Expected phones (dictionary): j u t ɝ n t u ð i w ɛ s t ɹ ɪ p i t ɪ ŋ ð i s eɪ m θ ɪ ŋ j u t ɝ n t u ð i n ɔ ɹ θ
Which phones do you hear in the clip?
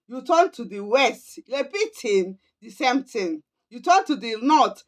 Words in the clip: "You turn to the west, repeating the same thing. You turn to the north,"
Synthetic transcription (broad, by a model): j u t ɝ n t u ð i w ɛ s t l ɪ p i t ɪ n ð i s eɪ m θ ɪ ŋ j u t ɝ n t u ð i n ɔ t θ